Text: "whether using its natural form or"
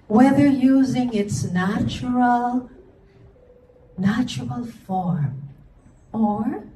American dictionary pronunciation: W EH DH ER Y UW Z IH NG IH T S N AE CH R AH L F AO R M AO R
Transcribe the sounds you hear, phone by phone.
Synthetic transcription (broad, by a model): W EH DH ER Y UW Z IH NG IH T S N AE CH R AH L F AO R M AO R